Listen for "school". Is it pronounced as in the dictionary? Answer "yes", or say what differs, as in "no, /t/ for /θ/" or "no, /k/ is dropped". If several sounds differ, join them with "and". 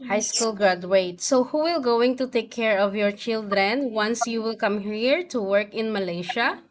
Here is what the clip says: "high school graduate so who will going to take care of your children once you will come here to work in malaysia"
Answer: yes